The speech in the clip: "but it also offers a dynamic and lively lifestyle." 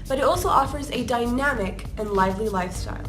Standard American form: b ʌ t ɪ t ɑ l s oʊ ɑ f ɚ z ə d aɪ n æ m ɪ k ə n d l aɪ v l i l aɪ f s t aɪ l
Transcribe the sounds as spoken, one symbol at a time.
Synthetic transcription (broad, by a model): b ʌ t ɪ t ɑ l s oʊ ɑ f ɚ z ə d aɪ n æ m ɪ k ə n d l aɪ v l i l aɪ f s t aɪ l